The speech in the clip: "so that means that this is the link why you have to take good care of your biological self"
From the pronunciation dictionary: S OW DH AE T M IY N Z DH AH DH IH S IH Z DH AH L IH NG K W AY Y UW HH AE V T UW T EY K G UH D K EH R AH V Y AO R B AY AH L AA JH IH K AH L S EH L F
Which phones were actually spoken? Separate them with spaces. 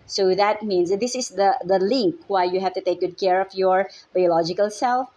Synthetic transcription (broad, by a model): S OW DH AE T M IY N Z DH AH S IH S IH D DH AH L IH NG K W AY Y UW HH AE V T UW T EY K G UH D K EH R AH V Y AO R B AY AH L AA JH IH K AH L S EH L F